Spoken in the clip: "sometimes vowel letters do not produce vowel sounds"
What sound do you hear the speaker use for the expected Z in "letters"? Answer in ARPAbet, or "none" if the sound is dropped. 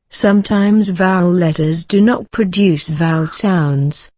Z